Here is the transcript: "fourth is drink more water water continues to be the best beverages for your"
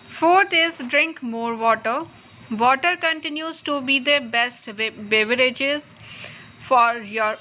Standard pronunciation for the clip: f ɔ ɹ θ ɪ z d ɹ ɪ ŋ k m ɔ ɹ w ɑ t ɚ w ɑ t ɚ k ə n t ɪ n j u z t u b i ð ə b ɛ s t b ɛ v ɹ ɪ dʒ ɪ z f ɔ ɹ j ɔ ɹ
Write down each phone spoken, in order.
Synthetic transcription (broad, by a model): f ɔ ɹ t ɪ z d ɹ ɪ ŋ k m ɔ ɹ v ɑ t ɚ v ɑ t ɚ k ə n t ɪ n j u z t u b i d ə b ɛ s t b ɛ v ɹ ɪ dʒ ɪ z f ɔ ɹ j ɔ ɹ